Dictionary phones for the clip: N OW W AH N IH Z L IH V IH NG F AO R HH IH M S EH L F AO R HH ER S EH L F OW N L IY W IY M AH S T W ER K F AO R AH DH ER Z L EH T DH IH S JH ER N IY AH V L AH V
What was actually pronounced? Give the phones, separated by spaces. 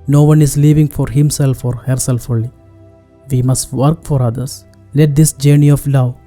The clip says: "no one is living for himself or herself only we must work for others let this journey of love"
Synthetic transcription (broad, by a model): N OW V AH N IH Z L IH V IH NG F AO R HH IH M S EH L F AO R HH ER S EH L F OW L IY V IY M AH S T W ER K F AO R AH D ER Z L EH T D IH S JH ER N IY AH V L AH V